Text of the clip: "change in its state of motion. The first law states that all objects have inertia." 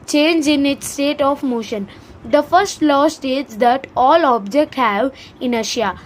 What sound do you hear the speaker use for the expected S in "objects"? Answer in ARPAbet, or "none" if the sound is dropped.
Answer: none